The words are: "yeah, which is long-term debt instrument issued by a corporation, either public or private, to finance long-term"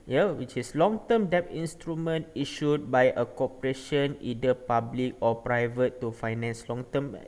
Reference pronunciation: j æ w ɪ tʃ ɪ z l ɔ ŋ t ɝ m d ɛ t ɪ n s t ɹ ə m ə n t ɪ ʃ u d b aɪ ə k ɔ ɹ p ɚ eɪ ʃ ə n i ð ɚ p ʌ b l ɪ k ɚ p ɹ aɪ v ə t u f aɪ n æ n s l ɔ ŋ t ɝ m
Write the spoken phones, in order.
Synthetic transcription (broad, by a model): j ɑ w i tʃ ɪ s l ɔ ŋ t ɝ m d ɛ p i n s t ɹ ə m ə n t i ʃ u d b aɪ ə k ɔ p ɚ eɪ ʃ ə n i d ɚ p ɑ b l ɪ k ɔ p ɹ aɪ v ə t u f aɪ n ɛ n s l ɔ ŋ t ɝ m